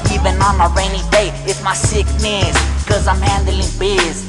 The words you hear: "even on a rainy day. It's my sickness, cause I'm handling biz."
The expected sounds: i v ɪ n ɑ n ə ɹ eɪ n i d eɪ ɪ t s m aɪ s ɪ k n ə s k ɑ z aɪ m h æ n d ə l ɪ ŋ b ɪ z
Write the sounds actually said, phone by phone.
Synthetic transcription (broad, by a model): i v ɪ n ɑ n ə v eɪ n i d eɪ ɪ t m aɪ s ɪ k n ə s k ɑ z aɪ m h æ n d ə l ɪ ŋ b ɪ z